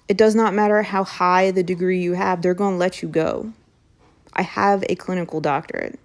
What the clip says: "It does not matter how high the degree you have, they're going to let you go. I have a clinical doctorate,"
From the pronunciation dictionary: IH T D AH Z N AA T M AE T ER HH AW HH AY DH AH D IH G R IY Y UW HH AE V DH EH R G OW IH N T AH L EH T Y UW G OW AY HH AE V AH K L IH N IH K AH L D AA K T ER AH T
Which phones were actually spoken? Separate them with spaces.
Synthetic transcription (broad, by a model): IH T D AH Z N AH T M AE T ER HH AW HH AY DH AH D IH G R IY Y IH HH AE V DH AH R G OW IH N L EH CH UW G OW AY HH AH V AH K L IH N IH K L D AA K T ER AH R